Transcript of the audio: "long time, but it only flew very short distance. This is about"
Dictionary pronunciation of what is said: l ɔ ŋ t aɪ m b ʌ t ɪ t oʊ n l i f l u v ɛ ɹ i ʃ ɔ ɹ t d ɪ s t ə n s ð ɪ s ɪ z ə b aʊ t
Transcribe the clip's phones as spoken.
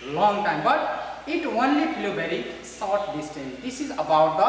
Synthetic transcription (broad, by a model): l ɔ ŋ t aɪ m b ʌ t ɪ t oʊ n l i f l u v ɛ ɹ i s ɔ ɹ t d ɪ s t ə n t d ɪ s ɪ z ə b aʊ t